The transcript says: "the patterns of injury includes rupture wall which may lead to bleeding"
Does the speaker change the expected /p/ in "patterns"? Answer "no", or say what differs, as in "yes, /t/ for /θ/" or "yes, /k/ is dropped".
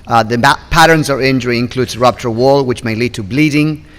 no